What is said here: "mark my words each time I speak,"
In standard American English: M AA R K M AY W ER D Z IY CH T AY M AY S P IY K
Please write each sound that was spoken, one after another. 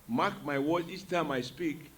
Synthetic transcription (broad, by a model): M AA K M AY W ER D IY S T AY M AY S P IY K